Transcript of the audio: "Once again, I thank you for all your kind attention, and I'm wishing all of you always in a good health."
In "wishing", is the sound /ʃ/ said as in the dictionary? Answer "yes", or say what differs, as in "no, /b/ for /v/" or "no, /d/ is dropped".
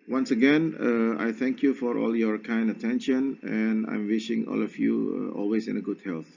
yes